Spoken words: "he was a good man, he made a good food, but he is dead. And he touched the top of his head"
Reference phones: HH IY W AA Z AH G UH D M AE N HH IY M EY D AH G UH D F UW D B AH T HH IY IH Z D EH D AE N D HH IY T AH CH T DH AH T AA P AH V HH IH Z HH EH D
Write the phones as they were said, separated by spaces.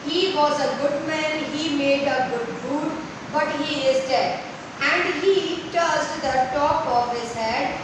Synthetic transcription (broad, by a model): HH IY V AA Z AH G UH D M AE N HH IY M EY D AH G UH D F UW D B AH T HH IY IH Z D EH D AE N D HH IY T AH S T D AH T AA P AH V HH IH Z HH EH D